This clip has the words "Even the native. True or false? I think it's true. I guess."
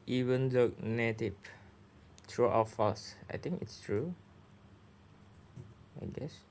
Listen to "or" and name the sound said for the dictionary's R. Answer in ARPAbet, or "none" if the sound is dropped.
W